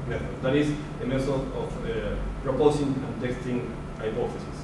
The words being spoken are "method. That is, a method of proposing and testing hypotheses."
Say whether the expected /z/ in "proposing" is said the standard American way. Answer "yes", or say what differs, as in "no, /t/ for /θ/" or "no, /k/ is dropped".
no, /s/ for /z/